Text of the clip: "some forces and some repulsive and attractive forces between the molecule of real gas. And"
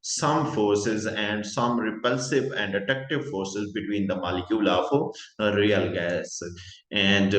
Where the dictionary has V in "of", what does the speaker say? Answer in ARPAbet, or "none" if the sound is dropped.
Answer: F